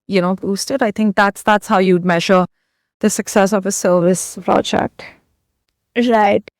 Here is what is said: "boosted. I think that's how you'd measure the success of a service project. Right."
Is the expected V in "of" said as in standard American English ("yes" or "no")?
yes